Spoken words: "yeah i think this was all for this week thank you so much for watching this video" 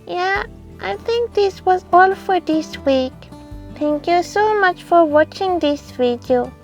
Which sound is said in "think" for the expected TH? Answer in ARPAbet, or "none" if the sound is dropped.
T